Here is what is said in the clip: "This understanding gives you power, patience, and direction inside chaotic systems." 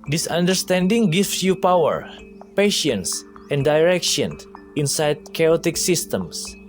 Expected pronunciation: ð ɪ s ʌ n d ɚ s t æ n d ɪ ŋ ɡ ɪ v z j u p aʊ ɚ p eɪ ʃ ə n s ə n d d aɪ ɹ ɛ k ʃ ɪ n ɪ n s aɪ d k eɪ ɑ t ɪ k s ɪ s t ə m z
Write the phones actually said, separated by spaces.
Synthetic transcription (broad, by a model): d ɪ s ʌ n d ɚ s t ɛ n d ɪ ŋ ɡ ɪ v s j u p aʊ ɚ p eɪ ʃ ə n s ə n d d aɪ ɹ ɛ k ʃ ɪ n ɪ n s aɪ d k eɪ ɑ t ɪ k s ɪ s t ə m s